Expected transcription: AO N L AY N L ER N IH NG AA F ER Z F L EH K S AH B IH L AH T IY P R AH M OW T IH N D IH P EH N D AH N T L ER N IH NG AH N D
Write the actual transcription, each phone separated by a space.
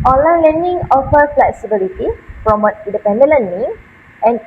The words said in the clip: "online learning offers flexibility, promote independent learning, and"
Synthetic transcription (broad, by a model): AO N L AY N L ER N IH NG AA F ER F L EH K S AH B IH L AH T IY F R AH M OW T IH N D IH P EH N D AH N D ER N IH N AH N